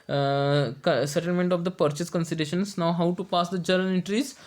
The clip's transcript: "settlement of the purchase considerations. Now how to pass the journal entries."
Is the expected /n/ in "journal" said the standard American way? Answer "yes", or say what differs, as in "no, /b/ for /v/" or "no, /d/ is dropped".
no, /n/ is dropped